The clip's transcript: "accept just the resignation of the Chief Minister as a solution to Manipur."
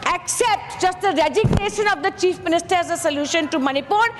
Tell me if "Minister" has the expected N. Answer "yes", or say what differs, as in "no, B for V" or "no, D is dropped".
yes